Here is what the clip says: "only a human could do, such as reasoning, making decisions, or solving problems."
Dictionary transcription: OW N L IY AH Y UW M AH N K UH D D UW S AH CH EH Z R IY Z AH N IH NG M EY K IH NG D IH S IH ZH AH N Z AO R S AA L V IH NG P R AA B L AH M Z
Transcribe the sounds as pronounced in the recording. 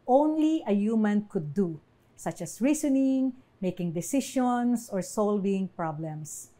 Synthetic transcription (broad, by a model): OW N L IY AH Y UW M AH N K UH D D UW S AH CH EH S R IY S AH N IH NG M EY K IH NG D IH S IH SH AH N S AO R S AA L V IH NG P R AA B L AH M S